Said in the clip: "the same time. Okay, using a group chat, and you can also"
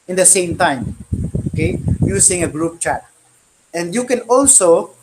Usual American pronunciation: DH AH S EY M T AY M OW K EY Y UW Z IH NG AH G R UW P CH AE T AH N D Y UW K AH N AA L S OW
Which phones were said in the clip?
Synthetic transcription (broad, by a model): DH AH S EY M T AY M OW K EY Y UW S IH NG AH G R UW P CH AE T AH N D Y UW K AH N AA L S OW